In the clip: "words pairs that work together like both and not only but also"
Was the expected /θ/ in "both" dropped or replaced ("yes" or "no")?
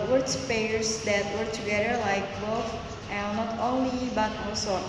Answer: yes